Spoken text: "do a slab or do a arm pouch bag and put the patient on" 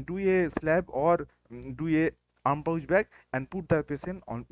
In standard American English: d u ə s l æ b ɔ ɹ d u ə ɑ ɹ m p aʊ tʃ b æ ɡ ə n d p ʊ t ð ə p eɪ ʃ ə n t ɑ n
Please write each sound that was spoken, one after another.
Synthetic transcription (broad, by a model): d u ə s l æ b ɔ ɹ d u ə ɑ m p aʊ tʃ b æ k ə n d p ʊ t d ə p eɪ s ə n ɑ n